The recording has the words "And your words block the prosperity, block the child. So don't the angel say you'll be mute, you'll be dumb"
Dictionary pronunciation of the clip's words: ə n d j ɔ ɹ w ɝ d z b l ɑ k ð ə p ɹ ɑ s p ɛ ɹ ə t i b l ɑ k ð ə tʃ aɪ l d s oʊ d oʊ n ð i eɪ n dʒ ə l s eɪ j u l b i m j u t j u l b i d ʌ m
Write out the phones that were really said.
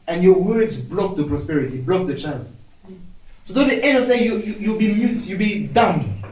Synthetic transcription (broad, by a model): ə n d j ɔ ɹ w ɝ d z b l ɑ k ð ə p ɹ ɑ s p ɛ ɹ ə t i b l ɑ k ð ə tʃ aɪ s s oʊ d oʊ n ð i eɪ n ə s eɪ j u l b i m j u t j u l b i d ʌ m